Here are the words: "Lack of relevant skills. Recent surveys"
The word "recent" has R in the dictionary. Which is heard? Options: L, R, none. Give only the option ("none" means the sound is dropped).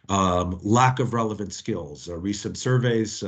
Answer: R